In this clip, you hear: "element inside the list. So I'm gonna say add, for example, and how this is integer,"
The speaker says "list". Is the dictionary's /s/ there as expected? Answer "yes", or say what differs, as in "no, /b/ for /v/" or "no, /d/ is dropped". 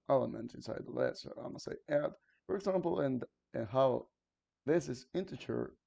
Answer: no, /s/ is dropped